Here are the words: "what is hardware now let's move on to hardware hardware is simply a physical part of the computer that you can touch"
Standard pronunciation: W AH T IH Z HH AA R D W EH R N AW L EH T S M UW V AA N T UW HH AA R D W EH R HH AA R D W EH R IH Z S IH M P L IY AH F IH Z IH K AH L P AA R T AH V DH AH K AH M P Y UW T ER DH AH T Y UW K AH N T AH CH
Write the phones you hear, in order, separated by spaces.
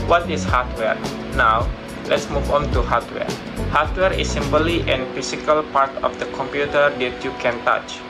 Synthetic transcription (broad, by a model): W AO T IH S HH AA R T W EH R N AW L EH T S M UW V AA N T UW HH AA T W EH R HH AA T W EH R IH S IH M B L IY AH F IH S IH K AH L P AA R T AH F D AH K AH M P Y UW T ER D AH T Y UW K AH N T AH CH